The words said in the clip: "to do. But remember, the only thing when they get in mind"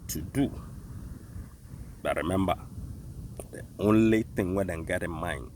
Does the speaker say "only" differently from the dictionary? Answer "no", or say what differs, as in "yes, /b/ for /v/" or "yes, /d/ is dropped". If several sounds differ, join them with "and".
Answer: no